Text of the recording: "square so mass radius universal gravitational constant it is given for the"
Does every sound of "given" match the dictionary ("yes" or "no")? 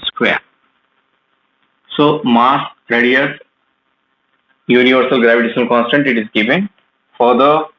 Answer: no